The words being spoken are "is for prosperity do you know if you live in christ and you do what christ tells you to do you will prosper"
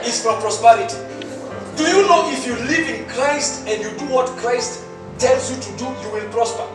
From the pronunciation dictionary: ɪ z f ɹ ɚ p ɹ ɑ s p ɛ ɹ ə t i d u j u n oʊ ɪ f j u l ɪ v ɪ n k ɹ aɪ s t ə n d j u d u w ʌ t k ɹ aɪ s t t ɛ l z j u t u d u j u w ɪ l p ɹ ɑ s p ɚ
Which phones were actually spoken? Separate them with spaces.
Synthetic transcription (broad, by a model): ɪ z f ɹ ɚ p ɹ ɑ s p ɛ ɹ ə t i d u j u n oʊ ɪ f j u l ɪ v ɪ n k ɹ aɪ s t ə n d j u d u w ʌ t k ɹ aɪ s t t ɛ l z j u t u d u j u w ɪ l p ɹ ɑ s p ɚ